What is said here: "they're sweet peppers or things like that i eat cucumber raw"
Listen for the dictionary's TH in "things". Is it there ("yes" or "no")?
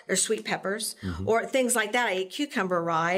yes